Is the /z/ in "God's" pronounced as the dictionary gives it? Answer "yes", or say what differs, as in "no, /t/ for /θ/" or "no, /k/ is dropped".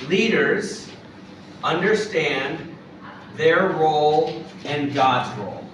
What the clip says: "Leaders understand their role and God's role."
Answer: yes